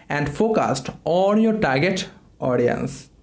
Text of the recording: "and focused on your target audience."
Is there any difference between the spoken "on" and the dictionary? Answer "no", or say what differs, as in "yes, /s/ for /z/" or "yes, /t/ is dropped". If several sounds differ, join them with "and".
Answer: yes, /l/ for /n/